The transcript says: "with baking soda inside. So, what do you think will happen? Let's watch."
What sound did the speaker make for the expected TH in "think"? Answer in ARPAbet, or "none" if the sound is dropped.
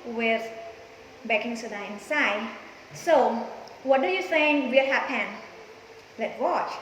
S